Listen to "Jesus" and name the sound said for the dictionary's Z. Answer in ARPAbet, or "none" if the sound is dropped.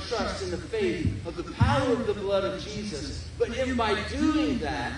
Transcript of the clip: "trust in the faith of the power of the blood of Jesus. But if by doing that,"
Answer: Z